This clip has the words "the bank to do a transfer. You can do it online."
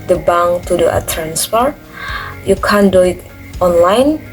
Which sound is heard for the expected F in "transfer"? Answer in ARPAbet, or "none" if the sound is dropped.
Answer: P